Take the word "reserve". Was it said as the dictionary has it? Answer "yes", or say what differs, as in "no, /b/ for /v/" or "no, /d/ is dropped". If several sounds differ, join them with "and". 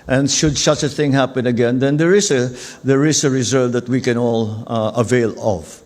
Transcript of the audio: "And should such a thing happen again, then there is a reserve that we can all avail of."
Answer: no, /s/ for /z/